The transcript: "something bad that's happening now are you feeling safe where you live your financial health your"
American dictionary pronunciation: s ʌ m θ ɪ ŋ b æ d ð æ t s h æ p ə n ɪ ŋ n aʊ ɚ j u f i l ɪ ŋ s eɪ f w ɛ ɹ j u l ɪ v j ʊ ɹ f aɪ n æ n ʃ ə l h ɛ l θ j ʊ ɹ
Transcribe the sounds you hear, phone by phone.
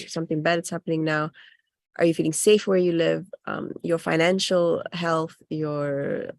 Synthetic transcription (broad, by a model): s ʌ m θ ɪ ŋ b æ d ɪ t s h æ p ə n ɪ ŋ n aʊ ɚ j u f i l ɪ ŋ s eɪ f w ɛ ɹ j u l ɪ v j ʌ ɹ f aɪ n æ n ʃ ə l h ɛ l θ j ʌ ɹ